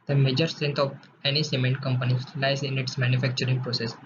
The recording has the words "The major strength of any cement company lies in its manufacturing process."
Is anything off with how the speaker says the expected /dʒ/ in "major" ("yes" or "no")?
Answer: no